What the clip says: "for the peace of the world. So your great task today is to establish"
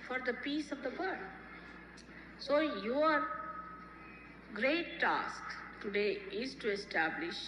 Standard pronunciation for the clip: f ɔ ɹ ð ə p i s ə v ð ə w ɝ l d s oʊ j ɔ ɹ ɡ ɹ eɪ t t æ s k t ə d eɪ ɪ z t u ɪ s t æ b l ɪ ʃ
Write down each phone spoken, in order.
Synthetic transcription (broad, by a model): f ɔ ɹ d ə p i s ə v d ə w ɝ d s oʊ j ɔ ɹ ɡ ɹ eɪ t t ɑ s k t ə d eɪ ɪ z t u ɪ s t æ b l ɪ ʃ